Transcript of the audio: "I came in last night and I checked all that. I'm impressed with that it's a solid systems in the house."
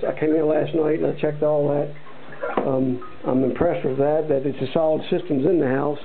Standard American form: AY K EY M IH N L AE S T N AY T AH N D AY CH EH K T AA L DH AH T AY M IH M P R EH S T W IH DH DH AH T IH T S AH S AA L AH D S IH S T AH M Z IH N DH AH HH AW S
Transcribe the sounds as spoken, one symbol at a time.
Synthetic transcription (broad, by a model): AY K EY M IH L AE S T N AY T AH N AY CH EH K T AA L DH AH T AY M IH M P R EH S T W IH DH DH AH T IH T S AH S AA L AH D S IH S T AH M Z IH N DH AH HH AW S